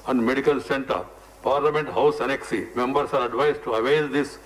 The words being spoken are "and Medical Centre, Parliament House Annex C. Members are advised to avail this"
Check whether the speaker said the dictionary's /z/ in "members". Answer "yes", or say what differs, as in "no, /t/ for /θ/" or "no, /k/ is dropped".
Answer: no, /s/ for /z/